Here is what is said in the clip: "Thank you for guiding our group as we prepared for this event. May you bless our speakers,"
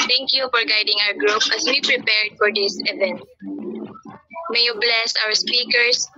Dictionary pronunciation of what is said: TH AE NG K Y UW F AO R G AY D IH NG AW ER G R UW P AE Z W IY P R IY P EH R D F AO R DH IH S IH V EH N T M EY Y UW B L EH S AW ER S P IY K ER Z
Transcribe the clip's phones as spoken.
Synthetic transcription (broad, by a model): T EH NG K Y UW F AO R G AY D IH NG AW ER G R UW P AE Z W IY P R IY P EH R D F AO R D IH S IH V EH N T M EY Y UW B L EH S AW ER S P IY K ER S